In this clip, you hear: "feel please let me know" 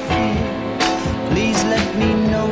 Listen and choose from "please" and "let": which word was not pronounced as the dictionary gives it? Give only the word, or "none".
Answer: none